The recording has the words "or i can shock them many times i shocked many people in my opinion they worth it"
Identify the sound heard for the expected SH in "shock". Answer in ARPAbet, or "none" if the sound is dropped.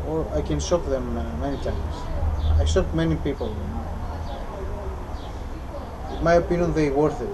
S